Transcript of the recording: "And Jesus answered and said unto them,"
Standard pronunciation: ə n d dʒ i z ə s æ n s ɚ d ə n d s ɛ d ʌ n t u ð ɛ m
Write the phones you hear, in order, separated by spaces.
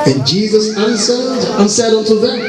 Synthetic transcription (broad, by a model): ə n dʒ i z ə s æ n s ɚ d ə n s ɛ d ʌ n t u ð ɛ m